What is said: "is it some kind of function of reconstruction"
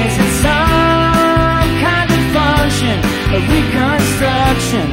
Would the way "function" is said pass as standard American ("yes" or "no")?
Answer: no